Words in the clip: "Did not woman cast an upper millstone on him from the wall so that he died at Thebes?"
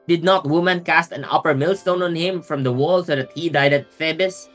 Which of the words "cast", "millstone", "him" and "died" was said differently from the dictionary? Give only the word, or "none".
none